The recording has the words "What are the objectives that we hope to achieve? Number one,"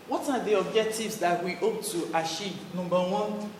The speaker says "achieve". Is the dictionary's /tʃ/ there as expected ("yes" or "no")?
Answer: no